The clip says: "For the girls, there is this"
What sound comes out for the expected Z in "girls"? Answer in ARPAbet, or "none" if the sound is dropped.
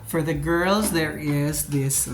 Z